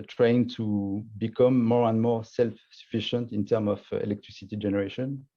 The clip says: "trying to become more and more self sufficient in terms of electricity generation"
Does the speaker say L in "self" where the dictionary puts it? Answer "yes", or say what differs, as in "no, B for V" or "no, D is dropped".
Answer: yes